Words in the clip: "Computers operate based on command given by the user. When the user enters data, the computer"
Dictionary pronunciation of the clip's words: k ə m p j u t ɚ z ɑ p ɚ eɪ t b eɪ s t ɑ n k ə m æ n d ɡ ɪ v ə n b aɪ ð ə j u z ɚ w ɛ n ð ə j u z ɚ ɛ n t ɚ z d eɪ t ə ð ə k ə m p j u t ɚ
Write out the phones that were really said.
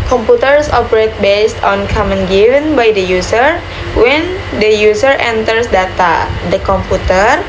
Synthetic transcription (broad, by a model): k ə m p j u t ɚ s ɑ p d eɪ t b eɪ s t ɑ n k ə m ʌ n ɡ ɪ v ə n b aɪ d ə j u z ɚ w ɛ n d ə j u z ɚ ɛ n t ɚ s d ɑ t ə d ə k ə m p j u t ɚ